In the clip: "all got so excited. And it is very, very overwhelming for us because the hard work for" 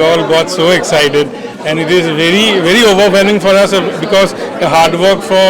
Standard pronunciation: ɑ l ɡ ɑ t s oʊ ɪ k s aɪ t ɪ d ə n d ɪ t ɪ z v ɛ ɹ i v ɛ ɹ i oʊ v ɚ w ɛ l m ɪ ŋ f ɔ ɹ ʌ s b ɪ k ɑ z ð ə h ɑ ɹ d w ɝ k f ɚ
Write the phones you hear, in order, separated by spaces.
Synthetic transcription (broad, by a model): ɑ l ɡ ɑ t s oʊ ɪ k s aɪ t ɪ d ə n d ɪ t ɪ z v ɛ ɹ i v ɛ ɹ i oʊ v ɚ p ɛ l ɪ ŋ f ɔ ɹ ʌ s b ɪ k ɑ z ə h ɑ ɹ d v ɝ k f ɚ